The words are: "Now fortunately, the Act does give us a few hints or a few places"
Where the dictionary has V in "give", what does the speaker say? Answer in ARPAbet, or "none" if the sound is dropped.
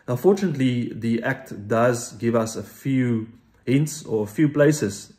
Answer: V